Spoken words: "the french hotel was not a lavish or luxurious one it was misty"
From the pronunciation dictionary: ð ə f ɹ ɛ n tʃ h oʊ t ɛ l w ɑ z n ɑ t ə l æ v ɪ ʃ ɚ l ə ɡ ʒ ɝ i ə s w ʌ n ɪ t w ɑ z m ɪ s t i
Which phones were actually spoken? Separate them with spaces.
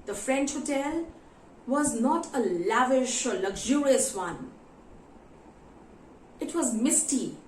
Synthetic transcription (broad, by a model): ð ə f ɹ ɛ n tʃ h oʊ t ɛ l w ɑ z n ɑ t ə l æ v ɪ ʃ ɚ l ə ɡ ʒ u i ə s w ʌ n ɪ t w ɑ z m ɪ s t i